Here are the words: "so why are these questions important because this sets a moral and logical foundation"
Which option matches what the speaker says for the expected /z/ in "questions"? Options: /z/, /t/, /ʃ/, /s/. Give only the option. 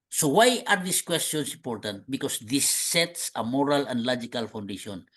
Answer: /s/